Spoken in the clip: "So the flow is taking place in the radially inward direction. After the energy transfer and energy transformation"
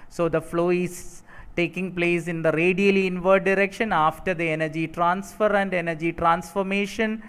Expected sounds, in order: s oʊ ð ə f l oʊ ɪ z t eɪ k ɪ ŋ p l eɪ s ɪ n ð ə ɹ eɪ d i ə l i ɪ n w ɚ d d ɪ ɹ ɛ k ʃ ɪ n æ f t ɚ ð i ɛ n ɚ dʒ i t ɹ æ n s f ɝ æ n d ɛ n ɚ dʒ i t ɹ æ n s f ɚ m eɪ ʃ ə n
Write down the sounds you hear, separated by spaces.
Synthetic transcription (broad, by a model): s oʊ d ə f l oʊ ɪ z t eɪ k ɪ ŋ p l eɪ s ɪ n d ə ɹ eɪ d i ə l i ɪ n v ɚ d d ɪ ɹ ɛ k ʃ ɪ n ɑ f t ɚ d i ɛ n ɚ dʒ i t ɹ æ n s f ɝ æ n d ɛ n ɚ dʒ i t ɹ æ n s f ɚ m eɪ ʃ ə n